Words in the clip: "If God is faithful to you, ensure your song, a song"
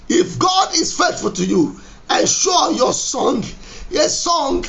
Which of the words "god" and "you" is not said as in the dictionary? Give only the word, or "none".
none